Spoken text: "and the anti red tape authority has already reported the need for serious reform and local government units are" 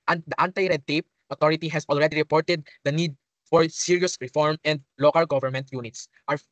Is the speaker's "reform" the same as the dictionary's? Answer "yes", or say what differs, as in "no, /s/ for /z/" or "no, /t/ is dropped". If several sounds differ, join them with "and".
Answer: yes